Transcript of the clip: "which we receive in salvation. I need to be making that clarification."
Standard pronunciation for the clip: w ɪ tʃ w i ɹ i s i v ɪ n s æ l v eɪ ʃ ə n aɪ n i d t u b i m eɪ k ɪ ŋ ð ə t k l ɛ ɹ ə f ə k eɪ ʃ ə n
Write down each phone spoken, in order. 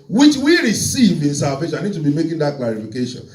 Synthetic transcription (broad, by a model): w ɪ tʃ w i ɹ i s i v ɪ n s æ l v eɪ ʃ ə aɪ n i d t u b i m eɪ k ɪ ŋ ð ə t k l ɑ ɹ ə f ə k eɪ ʃ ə n